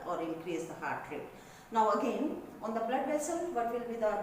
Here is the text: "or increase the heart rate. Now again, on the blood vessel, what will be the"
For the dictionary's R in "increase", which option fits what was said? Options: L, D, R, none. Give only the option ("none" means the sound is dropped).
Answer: R